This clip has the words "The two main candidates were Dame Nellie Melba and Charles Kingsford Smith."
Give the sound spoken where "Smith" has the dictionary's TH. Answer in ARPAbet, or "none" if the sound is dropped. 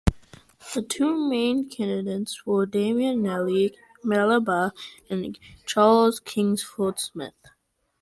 TH